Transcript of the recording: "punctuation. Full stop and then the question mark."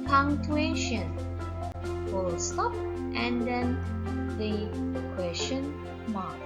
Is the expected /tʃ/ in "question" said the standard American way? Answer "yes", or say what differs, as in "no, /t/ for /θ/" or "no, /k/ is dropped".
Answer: no, /ʃ/ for /tʃ/